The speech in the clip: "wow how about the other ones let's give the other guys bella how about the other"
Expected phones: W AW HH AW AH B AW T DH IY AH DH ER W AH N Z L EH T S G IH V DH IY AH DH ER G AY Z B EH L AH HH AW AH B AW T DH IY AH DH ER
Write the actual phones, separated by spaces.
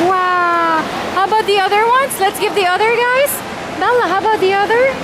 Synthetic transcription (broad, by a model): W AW HH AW AH B AW T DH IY AH DH ER W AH N S L EH T S G IH V DH IY AH DH ER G AY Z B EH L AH HH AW AH B AW T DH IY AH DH ER